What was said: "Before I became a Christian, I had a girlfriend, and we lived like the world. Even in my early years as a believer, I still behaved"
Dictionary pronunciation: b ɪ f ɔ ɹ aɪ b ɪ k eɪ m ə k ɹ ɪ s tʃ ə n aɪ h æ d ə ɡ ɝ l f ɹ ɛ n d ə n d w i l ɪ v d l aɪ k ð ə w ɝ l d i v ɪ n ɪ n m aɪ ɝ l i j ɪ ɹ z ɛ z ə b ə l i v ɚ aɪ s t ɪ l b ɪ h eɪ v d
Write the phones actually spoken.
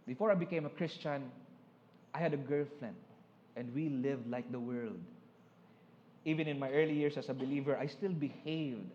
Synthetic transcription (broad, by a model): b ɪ f ɔ ɹ aɪ b ɪ k eɪ m ə k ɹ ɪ s tʃ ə n aɪ h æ d ə ɡ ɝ l f l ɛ n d ə n d w i l ɪ v d l aɪ k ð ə w ɝ l d i v ɪ n ɪ n m aɪ ɝ l i j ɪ ɹ s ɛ s ə b ə l i v ɚ aɪ s t ɪ l b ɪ h eɪ v d